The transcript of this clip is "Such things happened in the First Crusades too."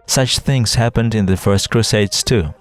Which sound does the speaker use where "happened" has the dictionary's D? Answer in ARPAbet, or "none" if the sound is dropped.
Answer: D